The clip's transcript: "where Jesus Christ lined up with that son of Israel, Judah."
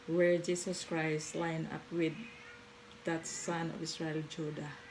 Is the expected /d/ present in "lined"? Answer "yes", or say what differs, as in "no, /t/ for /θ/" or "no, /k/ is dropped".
no, /d/ is dropped